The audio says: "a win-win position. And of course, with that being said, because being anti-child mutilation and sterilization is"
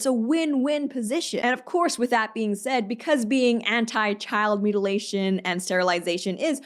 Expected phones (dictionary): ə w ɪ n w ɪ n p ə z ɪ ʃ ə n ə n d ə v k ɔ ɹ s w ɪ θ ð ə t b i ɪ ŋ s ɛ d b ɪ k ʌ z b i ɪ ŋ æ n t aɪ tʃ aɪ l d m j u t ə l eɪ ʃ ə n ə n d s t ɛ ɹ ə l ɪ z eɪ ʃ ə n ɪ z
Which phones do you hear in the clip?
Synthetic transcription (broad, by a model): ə w ɪ n w ɪ n p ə z ɪ ʃ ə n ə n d ə v k ɔ ɹ s w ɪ ð ə t b i ɪ ŋ s ɛ d b ɪ k ʌ z b i ɪ ŋ æ n t aɪ tʃ aɪ l d m j u t ə l eɪ ʃ ə n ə n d s t ɛ ɹ ə l ɪ z eɪ ʃ ə n ɪ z